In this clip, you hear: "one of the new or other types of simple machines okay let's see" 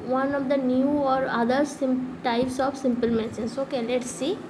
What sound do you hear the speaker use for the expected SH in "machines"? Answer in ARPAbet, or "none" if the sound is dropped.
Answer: S